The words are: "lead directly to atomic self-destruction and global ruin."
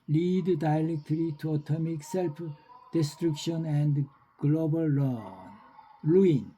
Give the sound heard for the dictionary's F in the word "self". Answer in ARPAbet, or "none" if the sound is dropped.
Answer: P